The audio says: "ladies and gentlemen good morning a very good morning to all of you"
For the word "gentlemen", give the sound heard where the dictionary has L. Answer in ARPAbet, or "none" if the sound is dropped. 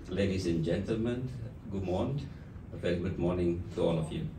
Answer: L